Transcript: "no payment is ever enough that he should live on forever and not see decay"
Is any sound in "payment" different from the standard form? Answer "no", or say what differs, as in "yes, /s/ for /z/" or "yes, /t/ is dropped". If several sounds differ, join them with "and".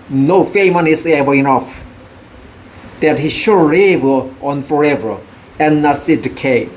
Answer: yes, /f/ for /p/ and /t/ is dropped